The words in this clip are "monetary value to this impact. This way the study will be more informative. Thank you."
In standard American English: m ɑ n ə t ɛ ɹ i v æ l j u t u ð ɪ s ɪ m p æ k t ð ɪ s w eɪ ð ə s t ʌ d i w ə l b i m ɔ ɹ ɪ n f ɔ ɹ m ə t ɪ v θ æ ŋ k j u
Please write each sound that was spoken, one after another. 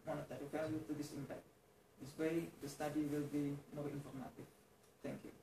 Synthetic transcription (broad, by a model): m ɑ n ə t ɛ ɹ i f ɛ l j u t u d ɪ s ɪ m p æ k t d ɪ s w eɪ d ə s t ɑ d i w ə l b i m ɔ ɹ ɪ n f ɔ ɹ m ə t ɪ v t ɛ ŋ k j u